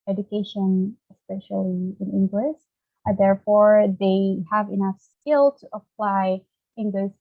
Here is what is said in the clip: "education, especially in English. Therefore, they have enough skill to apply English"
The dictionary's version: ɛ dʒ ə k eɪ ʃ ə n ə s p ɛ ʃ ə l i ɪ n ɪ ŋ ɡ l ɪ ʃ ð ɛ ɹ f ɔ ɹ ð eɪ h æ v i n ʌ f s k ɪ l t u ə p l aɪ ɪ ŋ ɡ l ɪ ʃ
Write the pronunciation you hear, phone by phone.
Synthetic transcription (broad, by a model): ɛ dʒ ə k eɪ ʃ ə n ə s p ɛ ʃ ə l i ɪ n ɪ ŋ ɡ l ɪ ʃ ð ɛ ɹ f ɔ ɹ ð eɪ h æ v i n ʌ f s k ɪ l t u ə p l aɪ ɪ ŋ ɡ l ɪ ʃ